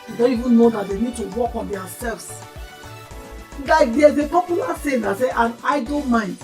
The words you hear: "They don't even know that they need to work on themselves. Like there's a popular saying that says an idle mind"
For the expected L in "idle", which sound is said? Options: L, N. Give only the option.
N